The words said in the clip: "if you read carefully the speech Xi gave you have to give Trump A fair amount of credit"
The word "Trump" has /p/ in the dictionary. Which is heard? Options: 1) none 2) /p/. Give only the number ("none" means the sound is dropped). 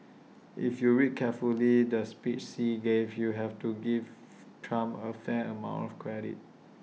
1